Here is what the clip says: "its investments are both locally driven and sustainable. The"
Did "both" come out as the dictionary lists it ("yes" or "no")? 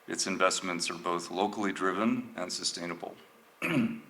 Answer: yes